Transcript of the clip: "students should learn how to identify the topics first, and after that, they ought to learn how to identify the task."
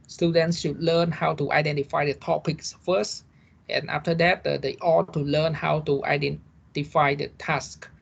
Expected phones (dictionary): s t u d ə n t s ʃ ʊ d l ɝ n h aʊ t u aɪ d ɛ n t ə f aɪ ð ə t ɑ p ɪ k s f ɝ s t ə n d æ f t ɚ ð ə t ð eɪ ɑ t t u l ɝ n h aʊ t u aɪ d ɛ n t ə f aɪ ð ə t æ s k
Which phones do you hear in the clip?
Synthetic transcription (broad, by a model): s t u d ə n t s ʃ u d l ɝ n h aʊ t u aɪ d ɛ n t ə f aɪ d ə t ɑ p ɪ k s f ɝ s t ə n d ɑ f t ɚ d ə t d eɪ ɑ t t u l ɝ n h aʊ t u aɪ d ɛ n t ə f aɪ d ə t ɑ s k